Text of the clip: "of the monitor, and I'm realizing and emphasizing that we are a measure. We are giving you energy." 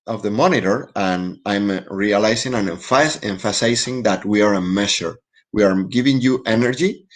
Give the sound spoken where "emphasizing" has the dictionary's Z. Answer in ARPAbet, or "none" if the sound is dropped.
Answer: S